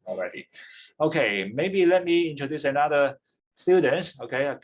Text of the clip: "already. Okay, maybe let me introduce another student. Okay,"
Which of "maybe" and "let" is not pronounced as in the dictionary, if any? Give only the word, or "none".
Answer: none